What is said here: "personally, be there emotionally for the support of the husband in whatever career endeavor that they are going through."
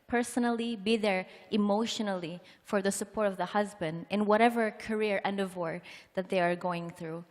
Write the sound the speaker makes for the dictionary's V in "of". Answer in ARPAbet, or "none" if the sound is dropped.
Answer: V